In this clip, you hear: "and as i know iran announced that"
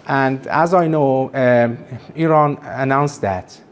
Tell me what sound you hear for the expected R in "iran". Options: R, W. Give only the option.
R